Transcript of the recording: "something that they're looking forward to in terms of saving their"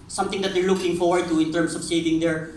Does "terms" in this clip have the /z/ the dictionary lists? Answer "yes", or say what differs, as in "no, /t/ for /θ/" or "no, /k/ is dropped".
no, /s/ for /z/